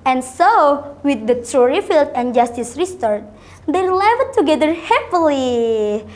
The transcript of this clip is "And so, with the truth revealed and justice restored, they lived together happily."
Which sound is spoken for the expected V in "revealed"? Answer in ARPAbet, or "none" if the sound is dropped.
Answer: F